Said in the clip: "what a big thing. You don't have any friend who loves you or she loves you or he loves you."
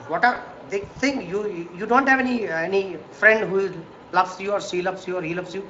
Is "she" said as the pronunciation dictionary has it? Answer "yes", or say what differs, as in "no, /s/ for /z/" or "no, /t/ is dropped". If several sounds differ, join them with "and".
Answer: no, /s/ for /ʃ/